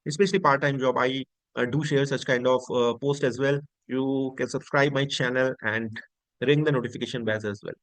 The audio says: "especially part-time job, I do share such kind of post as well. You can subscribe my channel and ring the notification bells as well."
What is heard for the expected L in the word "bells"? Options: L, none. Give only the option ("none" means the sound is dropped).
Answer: none